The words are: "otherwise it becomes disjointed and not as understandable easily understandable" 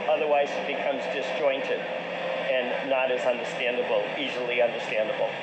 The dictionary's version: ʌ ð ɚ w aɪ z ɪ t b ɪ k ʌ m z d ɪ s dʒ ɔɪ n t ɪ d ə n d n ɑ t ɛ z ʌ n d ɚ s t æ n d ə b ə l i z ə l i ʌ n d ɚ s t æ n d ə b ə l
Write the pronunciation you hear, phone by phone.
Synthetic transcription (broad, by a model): ʌ ð ɚ w aɪ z ɪ t b ɪ k ʌ m z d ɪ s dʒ ɔɪ n t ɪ d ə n n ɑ t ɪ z ʌ n d ɚ s t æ n d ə b l i z l i ʌ n d ɚ s t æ n d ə b l